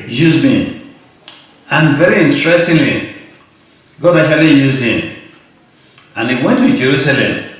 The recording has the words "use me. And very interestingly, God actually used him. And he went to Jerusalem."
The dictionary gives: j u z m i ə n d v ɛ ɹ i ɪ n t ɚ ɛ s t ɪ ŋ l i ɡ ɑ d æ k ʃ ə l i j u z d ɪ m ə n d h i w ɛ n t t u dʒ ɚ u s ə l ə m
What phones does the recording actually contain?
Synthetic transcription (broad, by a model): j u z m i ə n v ɛ ɹ i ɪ n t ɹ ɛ s t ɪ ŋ l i ɡ ɑ d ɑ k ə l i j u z ɪ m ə n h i w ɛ n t t u dʒ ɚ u s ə l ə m